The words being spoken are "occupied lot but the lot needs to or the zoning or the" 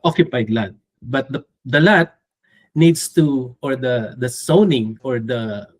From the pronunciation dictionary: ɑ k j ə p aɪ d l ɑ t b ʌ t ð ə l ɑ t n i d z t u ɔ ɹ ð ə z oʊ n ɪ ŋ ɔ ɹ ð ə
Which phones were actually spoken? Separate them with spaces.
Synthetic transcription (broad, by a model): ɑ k j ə p aɪ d l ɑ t b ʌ t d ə l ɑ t n i d s t u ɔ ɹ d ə s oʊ n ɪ ŋ ɔ ɹ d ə